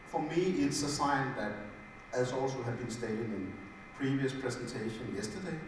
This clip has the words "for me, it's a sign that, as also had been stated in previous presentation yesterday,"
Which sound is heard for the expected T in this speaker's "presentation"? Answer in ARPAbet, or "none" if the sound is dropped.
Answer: S